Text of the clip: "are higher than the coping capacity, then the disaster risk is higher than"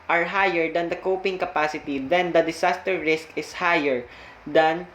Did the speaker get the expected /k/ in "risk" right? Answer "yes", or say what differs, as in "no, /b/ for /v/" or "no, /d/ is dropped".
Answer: yes